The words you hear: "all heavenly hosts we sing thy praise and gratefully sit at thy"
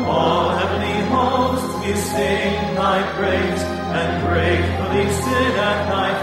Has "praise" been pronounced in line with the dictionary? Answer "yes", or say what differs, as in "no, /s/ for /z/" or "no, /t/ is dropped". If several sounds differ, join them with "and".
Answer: no, /b/ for /p/